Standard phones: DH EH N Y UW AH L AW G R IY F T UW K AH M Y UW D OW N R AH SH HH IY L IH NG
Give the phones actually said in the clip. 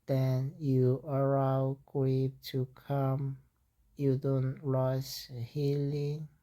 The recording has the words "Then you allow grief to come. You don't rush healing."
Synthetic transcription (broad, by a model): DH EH N Y UW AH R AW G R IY P T UW K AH M Y UW D OW N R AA S HH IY L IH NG